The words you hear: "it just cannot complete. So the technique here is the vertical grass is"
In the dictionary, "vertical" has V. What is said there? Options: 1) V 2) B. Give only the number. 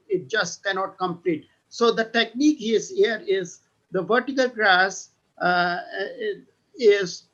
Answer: 1